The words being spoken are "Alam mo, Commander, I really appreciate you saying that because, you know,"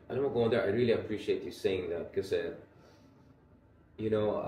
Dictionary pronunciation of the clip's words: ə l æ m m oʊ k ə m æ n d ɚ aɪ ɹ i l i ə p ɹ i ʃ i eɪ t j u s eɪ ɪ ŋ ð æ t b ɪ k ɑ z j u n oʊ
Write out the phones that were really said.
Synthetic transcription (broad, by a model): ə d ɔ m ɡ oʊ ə ʌ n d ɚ aɪ ɹ i l i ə p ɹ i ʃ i eɪ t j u s eɪ ɪ ŋ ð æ t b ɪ k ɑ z j u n oʊ